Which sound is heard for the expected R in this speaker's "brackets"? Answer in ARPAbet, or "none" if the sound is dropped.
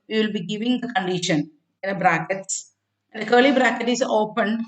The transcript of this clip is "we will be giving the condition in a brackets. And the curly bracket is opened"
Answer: R